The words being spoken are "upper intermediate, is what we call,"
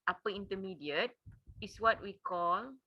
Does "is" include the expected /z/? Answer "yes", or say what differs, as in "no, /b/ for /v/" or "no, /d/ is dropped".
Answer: no, /s/ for /z/